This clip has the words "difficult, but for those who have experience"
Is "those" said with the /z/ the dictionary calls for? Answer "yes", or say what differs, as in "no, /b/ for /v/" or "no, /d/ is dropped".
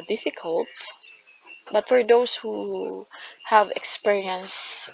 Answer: no, /s/ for /z/